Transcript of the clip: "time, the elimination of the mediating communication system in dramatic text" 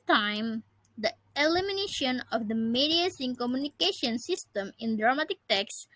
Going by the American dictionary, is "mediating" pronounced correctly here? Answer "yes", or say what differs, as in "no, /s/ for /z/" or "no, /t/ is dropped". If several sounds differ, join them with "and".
no, /s/ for /t/